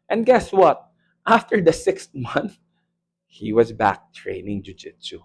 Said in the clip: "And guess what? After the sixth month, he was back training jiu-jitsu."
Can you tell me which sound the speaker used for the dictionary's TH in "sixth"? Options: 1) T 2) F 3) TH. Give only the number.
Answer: 1